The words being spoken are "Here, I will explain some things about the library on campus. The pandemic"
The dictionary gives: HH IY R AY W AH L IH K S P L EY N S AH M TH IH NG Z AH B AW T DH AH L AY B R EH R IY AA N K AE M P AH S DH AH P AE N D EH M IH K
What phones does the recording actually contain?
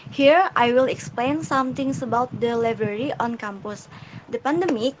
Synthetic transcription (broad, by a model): HH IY R AY W AH L IH K S P L EY N S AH M T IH NG S AH B AW T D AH L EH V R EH R IY AA N K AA M P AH S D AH P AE N D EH M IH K